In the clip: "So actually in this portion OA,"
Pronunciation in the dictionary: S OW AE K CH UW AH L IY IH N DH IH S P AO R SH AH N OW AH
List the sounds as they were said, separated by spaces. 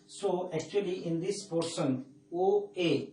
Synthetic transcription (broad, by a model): S OW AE K CH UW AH L IY IH N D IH S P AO R S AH N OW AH